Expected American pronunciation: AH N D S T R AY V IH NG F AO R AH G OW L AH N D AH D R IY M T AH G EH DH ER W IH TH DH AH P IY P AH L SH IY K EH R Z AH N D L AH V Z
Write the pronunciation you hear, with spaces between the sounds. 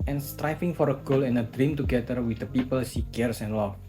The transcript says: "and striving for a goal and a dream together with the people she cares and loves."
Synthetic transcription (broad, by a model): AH N S T R AY F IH NG F AO R AH G OW L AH N AH D R IY M T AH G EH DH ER W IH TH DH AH P IY P AH L S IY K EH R S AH N L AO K